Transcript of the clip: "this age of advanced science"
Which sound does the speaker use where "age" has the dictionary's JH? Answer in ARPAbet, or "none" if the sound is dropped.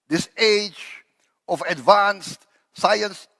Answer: JH